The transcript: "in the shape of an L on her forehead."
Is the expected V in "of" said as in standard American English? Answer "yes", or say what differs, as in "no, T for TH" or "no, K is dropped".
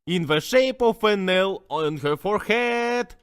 no, F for V